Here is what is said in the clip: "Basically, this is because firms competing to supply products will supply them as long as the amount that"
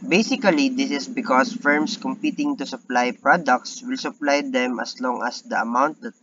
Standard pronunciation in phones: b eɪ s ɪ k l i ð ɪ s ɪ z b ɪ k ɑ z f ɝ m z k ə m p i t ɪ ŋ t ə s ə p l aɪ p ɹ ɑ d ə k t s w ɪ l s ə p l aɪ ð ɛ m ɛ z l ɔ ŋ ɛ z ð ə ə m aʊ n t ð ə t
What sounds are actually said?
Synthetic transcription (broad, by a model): b eɪ s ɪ k l i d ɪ s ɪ s b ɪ k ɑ s f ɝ m s k ə m p i t ɪ ŋ t ə s ə p l aɪ p ɹ ɑ d ə k t s w ɪ l s ə p l aɪ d ɛ m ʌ s l ɔ ŋ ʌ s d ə ə m aʊ n t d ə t